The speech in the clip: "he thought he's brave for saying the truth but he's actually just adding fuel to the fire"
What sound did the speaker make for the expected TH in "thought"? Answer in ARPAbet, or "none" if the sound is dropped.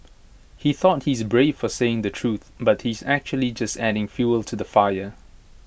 TH